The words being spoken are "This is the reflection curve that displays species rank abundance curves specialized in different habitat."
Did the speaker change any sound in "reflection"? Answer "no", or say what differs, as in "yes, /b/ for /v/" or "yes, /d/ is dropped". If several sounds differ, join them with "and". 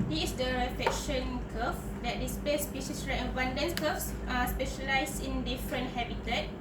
yes, /l/ is dropped